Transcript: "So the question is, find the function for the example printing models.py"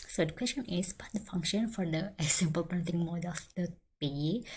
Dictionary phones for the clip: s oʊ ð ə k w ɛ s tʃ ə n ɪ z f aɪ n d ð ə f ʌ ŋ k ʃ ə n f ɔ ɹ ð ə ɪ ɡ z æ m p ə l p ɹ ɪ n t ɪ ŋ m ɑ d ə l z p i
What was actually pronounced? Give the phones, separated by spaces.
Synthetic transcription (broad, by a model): s oʊ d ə k w ɛ s tʃ ə n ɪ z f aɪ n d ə f ʌ ŋ k ʃ ə n f ɔ ɹ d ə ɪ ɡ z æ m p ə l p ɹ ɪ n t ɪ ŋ m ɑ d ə l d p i